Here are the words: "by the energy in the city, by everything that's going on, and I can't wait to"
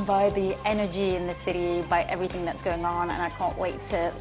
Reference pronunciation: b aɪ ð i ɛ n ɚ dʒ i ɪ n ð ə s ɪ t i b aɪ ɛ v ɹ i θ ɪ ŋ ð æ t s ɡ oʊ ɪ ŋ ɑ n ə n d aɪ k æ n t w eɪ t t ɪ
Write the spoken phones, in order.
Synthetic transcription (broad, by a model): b aɪ ð i ɛ n ɚ dʒ i ɪ n ð ə s ɪ t i b aɪ ɛ v ɹ i θ ɪ ŋ ð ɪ t s ɡ oʊ ɪ ŋ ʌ n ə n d aɪ k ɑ n t w eɪ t t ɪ